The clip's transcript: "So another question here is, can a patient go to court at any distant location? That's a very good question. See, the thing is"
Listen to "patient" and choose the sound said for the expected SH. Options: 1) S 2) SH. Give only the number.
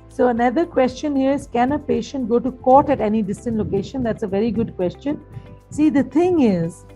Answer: 2